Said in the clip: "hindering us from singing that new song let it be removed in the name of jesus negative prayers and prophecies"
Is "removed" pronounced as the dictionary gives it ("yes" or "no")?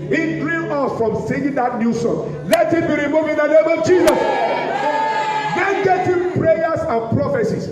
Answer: no